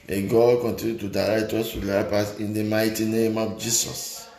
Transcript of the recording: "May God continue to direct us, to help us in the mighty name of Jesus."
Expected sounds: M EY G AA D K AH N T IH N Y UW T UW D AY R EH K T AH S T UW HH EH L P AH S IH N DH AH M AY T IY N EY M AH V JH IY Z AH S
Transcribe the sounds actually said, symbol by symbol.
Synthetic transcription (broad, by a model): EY G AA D K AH N T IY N Y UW T UW D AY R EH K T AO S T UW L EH P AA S IH N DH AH M AY T IY N EY M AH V JH IY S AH S